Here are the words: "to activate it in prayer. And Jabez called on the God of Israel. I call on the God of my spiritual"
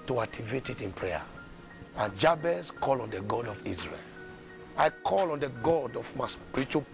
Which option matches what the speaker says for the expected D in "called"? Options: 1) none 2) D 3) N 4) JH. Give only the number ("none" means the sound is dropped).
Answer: 1